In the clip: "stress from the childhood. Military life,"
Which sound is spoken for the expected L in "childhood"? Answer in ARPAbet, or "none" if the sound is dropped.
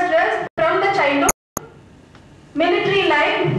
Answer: N